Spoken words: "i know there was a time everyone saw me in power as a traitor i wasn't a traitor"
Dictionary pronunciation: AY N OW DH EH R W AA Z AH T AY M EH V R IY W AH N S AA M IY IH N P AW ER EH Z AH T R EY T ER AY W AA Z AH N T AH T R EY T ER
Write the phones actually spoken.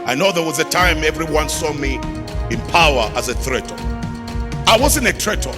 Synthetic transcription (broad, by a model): AY N OW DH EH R W AA Z AH T AY M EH V R IY W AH N S AA M IY IH N P AW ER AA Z AH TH R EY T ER AY W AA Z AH N AH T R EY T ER